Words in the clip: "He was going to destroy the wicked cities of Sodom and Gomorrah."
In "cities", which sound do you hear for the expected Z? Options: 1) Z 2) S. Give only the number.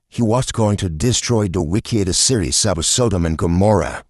2